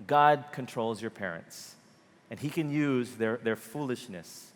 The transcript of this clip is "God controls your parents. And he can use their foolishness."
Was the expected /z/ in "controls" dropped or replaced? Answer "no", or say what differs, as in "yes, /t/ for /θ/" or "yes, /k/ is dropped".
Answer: no